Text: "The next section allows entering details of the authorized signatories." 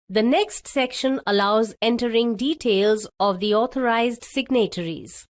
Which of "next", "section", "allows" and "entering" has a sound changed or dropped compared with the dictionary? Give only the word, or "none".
none